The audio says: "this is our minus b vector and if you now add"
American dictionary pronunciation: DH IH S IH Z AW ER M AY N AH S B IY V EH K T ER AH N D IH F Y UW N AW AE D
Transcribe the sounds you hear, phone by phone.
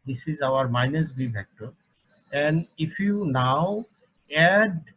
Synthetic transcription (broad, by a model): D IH S IH Z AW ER M AY N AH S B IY P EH K T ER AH N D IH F Y UW N AW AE D